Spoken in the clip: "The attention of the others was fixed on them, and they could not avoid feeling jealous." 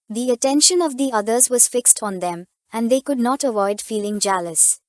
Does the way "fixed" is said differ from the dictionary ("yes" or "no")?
no